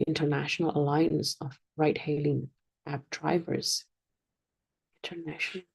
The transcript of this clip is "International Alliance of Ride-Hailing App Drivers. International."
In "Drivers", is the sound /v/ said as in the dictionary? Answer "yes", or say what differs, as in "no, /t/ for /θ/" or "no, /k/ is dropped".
yes